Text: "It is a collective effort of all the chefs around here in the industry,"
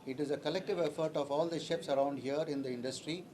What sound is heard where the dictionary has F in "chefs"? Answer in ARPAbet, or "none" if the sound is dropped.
P